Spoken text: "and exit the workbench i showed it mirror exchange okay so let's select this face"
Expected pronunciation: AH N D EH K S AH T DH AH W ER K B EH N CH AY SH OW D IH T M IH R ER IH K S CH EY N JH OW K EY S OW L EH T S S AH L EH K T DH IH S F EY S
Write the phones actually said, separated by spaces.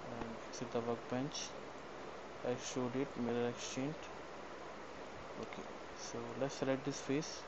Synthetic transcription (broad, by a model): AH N D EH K S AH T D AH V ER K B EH N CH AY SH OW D IH T M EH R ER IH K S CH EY N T OW K EY S OW L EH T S S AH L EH T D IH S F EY S